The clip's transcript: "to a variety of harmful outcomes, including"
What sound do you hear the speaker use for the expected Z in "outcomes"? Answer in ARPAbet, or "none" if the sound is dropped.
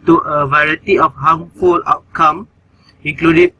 none